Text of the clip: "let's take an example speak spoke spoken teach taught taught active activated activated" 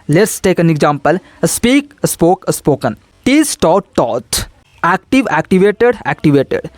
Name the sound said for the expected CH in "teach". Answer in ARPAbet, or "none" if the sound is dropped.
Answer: S